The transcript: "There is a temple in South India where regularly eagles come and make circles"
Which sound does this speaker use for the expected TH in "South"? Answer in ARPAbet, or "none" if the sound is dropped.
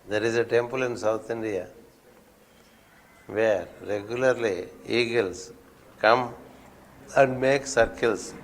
T